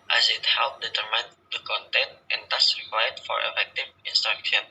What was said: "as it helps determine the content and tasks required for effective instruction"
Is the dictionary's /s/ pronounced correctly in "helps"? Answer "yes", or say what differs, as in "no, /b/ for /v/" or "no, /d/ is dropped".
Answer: no, /s/ is dropped